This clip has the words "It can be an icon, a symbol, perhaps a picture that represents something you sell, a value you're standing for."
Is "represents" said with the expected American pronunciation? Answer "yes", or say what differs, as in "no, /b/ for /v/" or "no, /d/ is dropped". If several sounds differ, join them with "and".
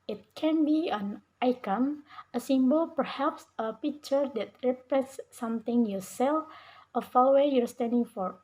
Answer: no, /n/ is dropped